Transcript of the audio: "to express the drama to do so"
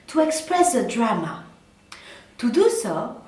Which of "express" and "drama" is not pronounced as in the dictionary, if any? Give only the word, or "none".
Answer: none